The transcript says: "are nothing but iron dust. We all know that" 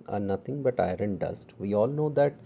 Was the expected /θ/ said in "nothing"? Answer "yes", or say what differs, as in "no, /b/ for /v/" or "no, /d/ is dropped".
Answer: no, /t/ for /θ/